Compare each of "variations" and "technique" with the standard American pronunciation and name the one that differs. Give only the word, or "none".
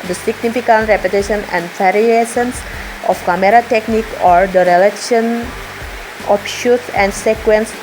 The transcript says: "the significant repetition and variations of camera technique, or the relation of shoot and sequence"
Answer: variations